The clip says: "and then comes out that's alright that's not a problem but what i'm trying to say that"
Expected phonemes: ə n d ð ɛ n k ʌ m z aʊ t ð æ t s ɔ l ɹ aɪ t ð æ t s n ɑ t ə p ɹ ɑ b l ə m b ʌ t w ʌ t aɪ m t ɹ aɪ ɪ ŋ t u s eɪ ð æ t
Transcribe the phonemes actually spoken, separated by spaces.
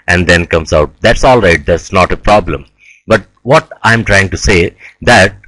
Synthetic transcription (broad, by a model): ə n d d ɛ n k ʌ m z aʊ t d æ t s ɔ l ɹ aɪ t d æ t s n ɑ t ə p ɹ ɑ b l ə m b ʌ t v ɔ t aɪ m t ɹ aɪ ɪ ŋ t u s eɪ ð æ t